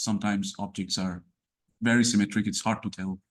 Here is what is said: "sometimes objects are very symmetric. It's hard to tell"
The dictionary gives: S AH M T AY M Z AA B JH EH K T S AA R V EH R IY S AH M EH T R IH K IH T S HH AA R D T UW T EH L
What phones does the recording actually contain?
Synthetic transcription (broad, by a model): S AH M T AY M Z AA B JH EH K T S AA R V EH R IY S AH M EH T R IH K IH T S HH AA R D T UW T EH L